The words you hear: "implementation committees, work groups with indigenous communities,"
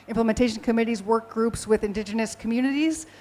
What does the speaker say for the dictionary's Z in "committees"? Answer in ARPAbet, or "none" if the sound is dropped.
Z